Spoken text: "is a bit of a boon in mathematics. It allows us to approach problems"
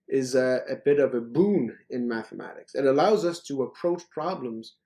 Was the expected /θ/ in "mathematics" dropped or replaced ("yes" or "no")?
no